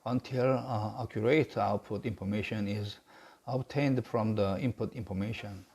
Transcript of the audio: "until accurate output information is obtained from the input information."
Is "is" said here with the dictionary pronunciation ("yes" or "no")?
yes